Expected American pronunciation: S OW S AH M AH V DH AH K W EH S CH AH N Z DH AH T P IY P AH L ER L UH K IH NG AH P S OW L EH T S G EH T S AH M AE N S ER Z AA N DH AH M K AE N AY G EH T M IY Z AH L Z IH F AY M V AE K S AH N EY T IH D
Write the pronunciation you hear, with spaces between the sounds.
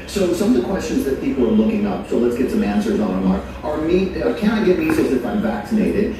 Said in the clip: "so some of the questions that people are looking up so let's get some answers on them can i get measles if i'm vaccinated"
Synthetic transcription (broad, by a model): S OW S AH M AH V DH AH K W EH S CH AH N Z DH AH T P IY P L ER L UH K IH NG AH P S OW L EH T S G EH T S AH M AE N S ER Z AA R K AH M K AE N AY G EH T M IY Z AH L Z IH F AY M V AE K S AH N EY T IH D